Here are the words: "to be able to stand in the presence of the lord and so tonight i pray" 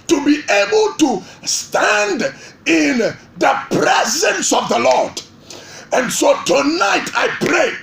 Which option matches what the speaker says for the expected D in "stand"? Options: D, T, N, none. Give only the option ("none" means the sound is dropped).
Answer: D